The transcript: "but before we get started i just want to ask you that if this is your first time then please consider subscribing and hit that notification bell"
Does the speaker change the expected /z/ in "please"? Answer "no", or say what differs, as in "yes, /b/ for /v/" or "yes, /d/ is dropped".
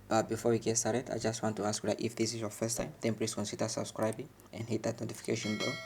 yes, /s/ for /z/